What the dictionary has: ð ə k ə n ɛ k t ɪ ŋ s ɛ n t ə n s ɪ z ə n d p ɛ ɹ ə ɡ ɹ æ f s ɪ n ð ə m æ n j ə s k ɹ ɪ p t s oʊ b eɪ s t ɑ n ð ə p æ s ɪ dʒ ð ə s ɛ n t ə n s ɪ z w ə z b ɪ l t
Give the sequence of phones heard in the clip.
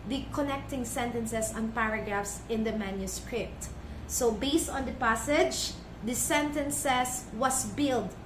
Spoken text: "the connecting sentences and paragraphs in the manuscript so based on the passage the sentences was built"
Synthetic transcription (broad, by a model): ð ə k ə n ɛ k t ɪ ŋ s ɛ n t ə n s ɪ s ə n p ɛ ɹ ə ɡ ɹ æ f s ɪ n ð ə m æ n j ə s k ɹ ɪ p t s oʊ b eɪ s t ɑ n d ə p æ s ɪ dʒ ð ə s ɛ n t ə n s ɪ s w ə s b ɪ l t